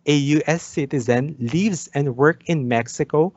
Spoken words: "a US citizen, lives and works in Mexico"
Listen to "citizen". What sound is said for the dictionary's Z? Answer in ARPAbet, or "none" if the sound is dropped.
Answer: Z